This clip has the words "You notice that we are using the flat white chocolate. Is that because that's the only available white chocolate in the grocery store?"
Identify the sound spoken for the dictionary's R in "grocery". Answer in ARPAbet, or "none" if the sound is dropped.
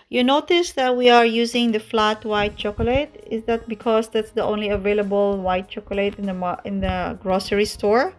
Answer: R